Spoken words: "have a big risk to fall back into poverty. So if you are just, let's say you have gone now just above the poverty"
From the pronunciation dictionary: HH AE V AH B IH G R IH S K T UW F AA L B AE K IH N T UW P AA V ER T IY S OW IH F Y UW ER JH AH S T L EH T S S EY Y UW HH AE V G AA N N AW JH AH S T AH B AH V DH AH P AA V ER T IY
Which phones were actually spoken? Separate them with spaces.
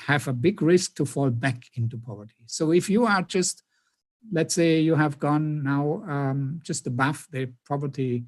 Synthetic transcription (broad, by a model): HH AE V AH B IH G R IH S K T UW F AA L B AE K IH N T UW P AA V ER T IY S OW IH F Y UW ER JH AH S T L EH T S S EY Y UW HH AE V G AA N N AW JH AH S T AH B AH F DH AH P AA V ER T IY